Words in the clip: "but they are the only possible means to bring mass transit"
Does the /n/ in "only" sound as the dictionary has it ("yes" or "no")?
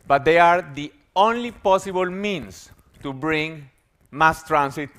yes